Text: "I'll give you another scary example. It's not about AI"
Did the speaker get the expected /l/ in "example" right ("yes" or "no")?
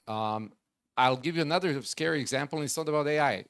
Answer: no